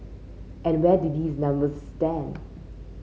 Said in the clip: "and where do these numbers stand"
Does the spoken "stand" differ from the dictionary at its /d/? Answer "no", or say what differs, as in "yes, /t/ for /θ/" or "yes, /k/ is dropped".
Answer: no